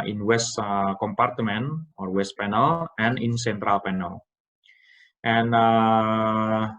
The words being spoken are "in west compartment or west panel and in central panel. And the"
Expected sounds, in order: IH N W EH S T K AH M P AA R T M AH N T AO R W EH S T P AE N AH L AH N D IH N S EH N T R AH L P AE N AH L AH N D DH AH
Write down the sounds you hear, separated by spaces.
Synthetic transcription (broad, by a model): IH N W EH S T K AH M P AA R T M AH N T AO R W EH S T P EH N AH L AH N IH N S EH N T R AH L P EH N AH L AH N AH